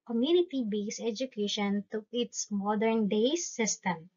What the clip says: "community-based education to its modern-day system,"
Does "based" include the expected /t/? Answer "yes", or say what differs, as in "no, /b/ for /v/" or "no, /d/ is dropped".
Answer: no, /t/ is dropped